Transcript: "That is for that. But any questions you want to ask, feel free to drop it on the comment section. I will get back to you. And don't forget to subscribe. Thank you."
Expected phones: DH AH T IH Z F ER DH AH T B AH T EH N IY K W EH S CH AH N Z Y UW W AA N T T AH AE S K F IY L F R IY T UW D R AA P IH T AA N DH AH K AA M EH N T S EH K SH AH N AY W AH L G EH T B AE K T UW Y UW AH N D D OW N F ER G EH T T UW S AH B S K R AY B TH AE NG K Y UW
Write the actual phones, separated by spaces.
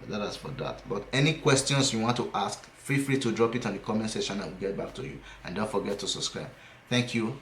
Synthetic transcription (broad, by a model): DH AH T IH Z F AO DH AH T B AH T EH N IY K W EH S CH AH N S Y UW W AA N T T AH S K F IY F R IY T UW D R AA P IH T AA N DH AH K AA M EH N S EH SH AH N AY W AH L G EH T B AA K T UW Y UW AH N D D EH F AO G EH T T UW S AH B S K R AY B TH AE NG K Y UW